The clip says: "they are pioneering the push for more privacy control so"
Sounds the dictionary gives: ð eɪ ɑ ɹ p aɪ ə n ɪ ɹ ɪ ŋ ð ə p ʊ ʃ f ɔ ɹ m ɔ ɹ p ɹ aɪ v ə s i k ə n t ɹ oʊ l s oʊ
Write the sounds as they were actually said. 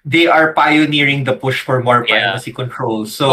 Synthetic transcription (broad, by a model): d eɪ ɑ ɹ p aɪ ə n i ɹ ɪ ŋ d ə p ʊ ʃ f ɔ ɹ m ɔ ɹ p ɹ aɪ p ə s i k ə n t ɹ oʊ l s oʊ